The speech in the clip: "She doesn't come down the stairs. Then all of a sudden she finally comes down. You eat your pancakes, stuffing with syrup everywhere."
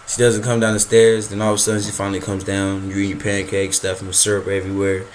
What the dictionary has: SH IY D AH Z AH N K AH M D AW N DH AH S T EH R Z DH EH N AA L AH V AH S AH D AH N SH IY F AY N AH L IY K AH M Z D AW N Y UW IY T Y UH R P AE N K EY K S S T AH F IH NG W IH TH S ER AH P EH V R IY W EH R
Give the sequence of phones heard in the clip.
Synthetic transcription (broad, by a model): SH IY D AH Z AH N K AH M D AW N DH AH S T EH R Z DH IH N AA L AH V AH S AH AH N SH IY F AY N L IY K AH M Z D AW N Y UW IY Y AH R P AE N K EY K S S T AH F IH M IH S ER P EH V R IY W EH R